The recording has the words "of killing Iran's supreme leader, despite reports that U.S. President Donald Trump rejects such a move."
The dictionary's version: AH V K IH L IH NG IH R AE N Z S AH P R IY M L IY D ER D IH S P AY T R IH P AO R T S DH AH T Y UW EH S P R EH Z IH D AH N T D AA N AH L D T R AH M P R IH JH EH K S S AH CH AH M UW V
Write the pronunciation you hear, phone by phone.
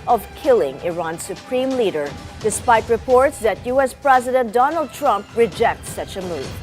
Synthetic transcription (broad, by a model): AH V K IH L IH NG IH R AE N S AH P R IY M L IY D ER D IH S P AY T R IH P AO R T S DH AH T Y UW EH S P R EH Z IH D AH N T D AA N AH L D T R AH M P R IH JH EH K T S AH CH AH M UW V